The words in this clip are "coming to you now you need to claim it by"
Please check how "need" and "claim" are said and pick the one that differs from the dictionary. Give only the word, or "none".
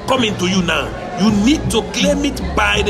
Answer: claim